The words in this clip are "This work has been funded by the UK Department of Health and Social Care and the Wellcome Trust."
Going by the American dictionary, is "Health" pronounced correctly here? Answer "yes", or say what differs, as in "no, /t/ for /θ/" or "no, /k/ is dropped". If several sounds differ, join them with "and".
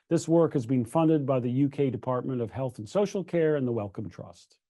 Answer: yes